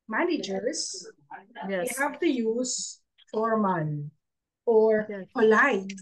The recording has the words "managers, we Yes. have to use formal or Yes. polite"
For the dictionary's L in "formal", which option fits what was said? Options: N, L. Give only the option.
N